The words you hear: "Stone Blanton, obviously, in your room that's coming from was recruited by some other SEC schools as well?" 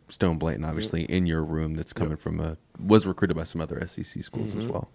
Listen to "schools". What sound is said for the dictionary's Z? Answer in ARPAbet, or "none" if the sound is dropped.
Z